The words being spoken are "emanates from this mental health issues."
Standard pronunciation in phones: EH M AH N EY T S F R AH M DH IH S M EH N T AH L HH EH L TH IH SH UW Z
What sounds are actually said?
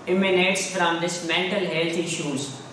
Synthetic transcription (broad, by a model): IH M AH N EY T S F R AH M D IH S M EH N T AH L HH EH L T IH SH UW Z